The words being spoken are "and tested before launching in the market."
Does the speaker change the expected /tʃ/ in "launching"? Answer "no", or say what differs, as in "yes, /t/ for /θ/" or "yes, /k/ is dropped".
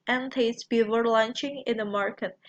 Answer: no